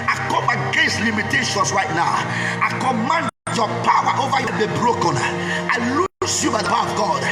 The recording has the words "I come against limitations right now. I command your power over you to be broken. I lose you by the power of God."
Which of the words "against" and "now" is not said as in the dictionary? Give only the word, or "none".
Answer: none